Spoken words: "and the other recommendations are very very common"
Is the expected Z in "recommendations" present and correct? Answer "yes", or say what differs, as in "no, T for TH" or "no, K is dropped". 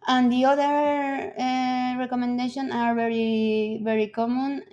no, Z is dropped